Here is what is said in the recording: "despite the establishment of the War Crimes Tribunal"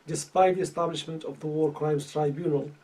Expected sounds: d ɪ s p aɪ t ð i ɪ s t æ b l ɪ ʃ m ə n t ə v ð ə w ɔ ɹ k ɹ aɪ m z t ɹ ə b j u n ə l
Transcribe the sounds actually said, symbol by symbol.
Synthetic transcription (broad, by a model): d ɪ s p aɪ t ð i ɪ s t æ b l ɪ ʃ m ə n t ə v ð ə w ɔ ɹ k ɹ aɪ m z t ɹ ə b j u n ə l